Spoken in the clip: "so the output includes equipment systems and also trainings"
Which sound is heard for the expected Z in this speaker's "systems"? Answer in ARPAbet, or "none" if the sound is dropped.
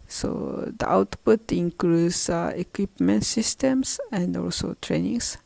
S